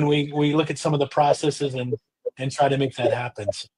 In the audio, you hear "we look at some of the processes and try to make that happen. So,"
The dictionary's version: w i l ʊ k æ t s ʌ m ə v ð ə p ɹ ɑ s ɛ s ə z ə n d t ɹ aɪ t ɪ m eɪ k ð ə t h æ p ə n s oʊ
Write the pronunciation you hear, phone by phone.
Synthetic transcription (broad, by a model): w i l ʊ k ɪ t s ʌ m ə v ð ə p ɹ ɑ s ɛ s ə z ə n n t ɹ aɪ t ɪ m eɪ k ð ə t h æ p ə n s